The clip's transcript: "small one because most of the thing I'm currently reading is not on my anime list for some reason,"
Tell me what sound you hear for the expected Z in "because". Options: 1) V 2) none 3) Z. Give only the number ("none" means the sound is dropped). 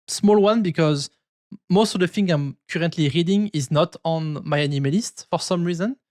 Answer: 3